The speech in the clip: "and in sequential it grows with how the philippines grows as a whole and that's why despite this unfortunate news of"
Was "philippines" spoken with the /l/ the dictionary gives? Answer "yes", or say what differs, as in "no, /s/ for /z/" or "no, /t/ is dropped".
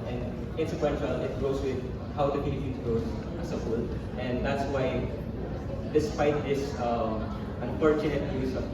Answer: no, /n/ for /l/